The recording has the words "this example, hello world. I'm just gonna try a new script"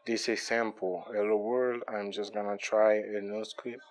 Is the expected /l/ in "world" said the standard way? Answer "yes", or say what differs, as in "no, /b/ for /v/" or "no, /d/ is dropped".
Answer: yes